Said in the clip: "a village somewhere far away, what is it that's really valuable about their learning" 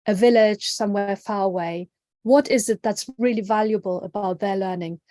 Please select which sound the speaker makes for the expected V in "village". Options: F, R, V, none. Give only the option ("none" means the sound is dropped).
V